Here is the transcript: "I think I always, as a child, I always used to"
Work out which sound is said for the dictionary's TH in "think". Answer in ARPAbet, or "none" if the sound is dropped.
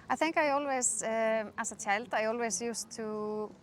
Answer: TH